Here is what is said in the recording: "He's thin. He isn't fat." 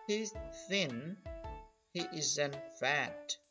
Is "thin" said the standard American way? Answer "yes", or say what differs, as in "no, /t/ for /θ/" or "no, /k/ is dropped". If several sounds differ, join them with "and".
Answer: yes